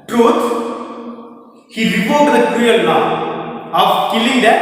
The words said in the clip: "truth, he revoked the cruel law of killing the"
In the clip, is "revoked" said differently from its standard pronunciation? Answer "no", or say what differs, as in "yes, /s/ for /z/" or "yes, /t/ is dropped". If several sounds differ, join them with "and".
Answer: yes, /p/ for /v/ and /k/ is dropped